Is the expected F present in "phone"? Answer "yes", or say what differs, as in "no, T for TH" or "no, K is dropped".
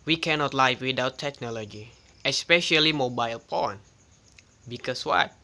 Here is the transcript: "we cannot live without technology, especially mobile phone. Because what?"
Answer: no, P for F